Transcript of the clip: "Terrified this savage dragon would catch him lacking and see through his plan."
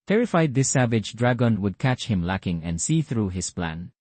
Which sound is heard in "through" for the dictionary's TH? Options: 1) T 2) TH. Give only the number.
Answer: 2